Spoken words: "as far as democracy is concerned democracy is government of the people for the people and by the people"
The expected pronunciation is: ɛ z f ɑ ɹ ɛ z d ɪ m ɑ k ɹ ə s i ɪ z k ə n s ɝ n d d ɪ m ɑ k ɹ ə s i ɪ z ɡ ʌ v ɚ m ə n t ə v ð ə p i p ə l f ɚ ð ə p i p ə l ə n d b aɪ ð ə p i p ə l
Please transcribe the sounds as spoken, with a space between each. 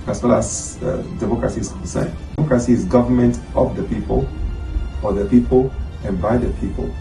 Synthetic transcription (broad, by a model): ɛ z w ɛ l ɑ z d ɪ m ɑ k ɹ ə s i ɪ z k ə n s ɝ n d d ɪ m ɑ k ɹ ə s i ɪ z ɡ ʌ v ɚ m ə n t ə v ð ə p i p ə l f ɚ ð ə p i p ə l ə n b aɪ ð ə p i p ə l